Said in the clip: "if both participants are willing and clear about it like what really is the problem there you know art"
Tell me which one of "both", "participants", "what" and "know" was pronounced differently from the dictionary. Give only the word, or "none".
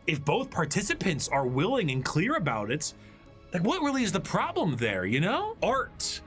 none